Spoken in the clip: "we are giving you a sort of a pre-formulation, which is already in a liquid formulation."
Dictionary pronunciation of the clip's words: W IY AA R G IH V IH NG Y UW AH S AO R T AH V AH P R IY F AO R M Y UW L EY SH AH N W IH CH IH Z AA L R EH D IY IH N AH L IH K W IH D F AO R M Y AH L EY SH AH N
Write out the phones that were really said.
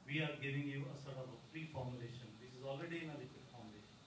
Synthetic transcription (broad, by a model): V IY AA R G IH V IH NG Y UW AH S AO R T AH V AH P R IY F AO R M Y UW L EY SH AH N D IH S IH Z AA L R EH D IY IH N AH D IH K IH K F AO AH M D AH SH